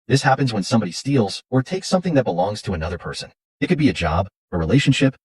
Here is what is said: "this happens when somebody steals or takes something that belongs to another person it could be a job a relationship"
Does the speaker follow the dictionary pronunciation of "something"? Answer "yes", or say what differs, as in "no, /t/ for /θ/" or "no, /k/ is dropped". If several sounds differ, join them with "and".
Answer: yes